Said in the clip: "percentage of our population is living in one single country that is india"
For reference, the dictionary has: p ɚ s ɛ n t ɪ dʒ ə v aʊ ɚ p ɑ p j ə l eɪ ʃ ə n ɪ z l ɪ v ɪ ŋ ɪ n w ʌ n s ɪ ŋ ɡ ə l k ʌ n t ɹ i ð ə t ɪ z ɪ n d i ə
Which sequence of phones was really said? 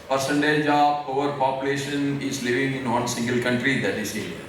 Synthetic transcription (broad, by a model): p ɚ s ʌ n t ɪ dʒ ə p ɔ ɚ p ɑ p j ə l eɪ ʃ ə n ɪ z l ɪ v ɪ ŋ ɪ n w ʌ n s ɪ ŋ ɡ ə l k ʌ n t ɹ i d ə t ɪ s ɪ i